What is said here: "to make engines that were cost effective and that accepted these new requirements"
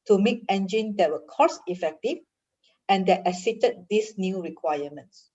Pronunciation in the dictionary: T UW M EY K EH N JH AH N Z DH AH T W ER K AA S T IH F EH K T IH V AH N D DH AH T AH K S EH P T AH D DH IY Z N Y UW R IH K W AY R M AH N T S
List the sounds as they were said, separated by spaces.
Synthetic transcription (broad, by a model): T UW M EY K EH N JH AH N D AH T W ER K AA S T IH F EH K T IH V AH N D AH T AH S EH T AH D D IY S N Y UW R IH K W AY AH M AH N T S